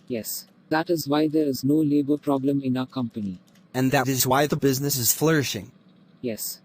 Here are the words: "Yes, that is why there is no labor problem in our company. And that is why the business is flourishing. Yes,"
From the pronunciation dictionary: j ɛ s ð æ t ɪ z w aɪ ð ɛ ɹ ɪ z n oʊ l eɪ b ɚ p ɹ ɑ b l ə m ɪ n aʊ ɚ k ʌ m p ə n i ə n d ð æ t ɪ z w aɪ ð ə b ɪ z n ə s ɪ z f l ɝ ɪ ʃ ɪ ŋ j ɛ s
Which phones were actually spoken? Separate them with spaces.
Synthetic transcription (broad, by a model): j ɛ s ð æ t ɪ z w aɪ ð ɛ ɹ ɪ z n oʊ l eɪ b ɚ p ɹ ɑ b l ə m ɪ n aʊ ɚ k ʌ m p ə n i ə n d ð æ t ɪ z w aɪ ð ə b ɪ z n ə s ɪ z f l ɝ ɪ ʃ ɪ ŋ j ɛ s